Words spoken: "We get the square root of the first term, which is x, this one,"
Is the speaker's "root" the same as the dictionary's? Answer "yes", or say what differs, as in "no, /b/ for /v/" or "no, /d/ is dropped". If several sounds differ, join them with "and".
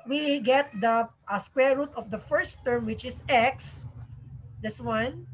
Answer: yes